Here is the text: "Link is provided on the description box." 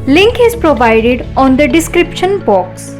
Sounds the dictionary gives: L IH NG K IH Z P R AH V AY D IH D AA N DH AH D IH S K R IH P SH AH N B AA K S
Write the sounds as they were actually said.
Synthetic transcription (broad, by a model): L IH NG K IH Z P R AH V AY D IH D AA N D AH D IH S K R IH P SH AH N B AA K S